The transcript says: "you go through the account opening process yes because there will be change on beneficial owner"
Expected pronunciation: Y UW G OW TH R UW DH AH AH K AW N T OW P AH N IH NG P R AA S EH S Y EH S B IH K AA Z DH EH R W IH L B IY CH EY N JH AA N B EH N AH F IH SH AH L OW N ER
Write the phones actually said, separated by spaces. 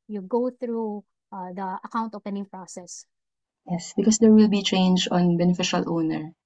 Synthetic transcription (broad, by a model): Y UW G OW TH R UW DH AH AH K AW N T OW P AH N IH NG P R AA S EH S Y EH S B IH K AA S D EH R W IH L B IY CH EY N JH AA N B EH N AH F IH SH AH L OW N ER